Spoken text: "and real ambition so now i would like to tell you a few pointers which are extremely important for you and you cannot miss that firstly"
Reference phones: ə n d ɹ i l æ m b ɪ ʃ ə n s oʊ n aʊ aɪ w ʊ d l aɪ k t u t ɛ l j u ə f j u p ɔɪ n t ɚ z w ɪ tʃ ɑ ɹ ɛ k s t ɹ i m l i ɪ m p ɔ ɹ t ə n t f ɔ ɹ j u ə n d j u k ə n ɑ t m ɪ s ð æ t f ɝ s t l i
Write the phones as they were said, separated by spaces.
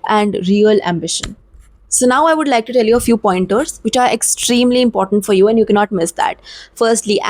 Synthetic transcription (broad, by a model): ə n d ɹ i l æ m b ɪ ʃ ə n s oʊ n aʊ aɪ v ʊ d l aɪ k t u t ɛ l j u ə f j u p ɔɪ n t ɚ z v ɪ tʃ ɑ ɹ ɛ k s t ɹ i m l i ɪ m p ɔ ɹ t ə n t f ɔ ɹ j u ə n d j u k ə n ɑ t m ɪ s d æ t f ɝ s t l i